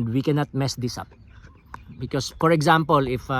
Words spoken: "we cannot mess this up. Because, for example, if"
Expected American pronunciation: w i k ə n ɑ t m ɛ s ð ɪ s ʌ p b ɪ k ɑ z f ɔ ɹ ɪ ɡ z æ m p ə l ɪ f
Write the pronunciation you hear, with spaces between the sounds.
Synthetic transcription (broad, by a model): w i k ə n ɑ t m ɛ s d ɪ s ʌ p b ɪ k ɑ s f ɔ ɹ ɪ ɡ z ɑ m p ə l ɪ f